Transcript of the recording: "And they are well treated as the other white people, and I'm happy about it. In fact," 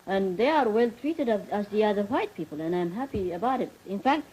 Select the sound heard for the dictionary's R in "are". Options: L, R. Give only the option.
R